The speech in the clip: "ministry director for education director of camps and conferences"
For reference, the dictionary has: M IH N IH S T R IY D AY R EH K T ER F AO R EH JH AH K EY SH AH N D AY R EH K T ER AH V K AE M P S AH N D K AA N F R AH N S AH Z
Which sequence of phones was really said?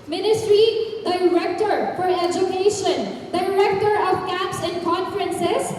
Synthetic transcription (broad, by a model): M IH N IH S T R IY D AY R EH K T ER F AO R EH JH AH K EY SH AH N D AY R EH K T ER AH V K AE P S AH N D K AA N F R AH N S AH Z